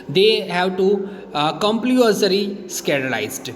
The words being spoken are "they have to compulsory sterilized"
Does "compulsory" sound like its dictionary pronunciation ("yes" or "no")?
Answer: no